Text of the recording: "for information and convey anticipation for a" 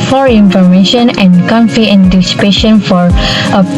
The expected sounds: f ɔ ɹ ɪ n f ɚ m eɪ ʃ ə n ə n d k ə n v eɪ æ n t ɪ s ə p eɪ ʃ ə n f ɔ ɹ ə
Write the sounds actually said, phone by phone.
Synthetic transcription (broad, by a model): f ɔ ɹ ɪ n f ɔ m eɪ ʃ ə n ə n k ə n f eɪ æ n t ɪ s ə p eɪ ʃ ə n f ɔ ɹ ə